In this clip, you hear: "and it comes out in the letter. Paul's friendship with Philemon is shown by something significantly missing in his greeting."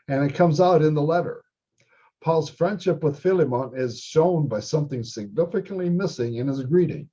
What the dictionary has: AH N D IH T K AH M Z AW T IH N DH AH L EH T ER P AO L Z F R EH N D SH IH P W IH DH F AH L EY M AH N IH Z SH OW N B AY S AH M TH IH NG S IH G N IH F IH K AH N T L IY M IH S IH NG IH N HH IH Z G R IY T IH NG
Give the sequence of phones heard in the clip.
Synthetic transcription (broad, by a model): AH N IH T K AH M Z AW T IH N DH AH L EH T ER P AO L Z F R EH N D SH IH P W IH DH F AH L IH M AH N IH Z SH OW N B AY S AH M TH IH NG S IH G N IH F IH K AH N T L IY M IH S IH NG IH N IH Z G R IY T IH NG